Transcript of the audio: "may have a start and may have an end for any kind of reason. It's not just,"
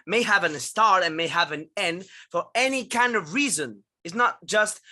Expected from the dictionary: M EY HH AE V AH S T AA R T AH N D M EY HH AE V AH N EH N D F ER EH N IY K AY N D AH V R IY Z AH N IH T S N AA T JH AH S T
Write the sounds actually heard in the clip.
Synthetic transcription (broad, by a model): M EY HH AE V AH S T AA R T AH N M EY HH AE V AH N EH N D F ER EH N IY K AY N D AH V R IY Z AH N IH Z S N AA T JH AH S T